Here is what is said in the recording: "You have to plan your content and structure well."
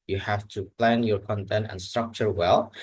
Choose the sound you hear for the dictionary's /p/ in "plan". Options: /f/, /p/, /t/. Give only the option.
/p/